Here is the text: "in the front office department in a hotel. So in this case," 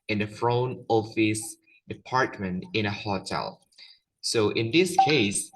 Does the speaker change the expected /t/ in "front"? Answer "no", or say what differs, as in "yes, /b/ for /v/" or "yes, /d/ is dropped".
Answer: yes, /t/ is dropped